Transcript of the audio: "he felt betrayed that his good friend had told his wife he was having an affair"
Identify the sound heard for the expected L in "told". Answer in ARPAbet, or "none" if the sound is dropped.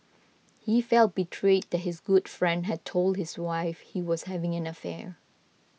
L